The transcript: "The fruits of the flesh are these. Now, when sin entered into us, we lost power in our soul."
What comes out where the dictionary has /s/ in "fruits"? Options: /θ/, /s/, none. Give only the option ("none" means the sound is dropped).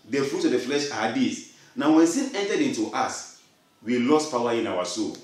none